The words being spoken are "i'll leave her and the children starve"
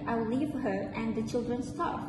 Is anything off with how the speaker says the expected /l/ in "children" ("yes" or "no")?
no